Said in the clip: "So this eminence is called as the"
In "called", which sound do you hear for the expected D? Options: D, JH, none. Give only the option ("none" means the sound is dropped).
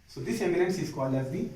none